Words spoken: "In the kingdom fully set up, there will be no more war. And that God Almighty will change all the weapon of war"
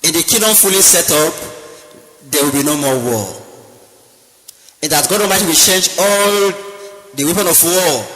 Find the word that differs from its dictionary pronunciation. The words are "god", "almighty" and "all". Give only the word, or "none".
almighty